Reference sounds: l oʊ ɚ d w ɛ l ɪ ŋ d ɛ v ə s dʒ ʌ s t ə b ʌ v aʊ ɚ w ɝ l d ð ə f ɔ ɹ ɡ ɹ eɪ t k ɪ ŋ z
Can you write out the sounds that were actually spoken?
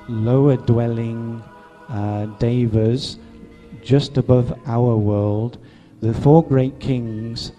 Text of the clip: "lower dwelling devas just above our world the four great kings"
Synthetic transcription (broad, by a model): l oʊ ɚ d w ɛ l ɪ ŋ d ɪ v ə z dʒ ʌ s t ə b ʌ v aʊ ɚ w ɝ l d ð ə f ɔ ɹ ɡ ɹ eɪ t k ɪ ŋ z